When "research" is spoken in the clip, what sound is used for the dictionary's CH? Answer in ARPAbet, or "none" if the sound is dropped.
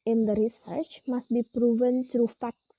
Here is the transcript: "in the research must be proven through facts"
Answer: CH